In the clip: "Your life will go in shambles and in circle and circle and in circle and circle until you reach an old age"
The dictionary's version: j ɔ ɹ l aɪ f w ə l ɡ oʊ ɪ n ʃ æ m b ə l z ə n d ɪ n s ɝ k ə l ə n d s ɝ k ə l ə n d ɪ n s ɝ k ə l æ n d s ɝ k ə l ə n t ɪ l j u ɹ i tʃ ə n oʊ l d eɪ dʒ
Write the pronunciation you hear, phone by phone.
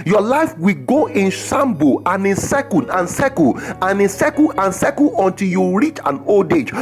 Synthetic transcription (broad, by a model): j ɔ l aɪ f w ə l ɡ oʊ ɪ n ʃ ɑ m b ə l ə n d ɪ n s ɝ k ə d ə n s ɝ k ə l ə n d ɪ n s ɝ k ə n s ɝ k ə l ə n t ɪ l j u ɹ i tʃ ə n oʊ l d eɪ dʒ